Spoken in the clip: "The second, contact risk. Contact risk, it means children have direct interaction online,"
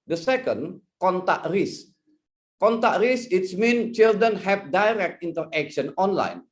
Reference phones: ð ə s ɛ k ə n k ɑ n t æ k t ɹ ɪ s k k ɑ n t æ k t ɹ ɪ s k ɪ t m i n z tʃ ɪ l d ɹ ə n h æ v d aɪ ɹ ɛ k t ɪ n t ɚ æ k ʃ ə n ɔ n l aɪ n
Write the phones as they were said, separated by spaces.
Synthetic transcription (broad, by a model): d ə s ɛ k ə n k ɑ n t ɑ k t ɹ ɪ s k k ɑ n t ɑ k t ɹ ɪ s ɪ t m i n tʃ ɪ l d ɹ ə n h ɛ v d aɪ ɹ ɛ k t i n t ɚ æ k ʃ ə n ɔ n l aɪ n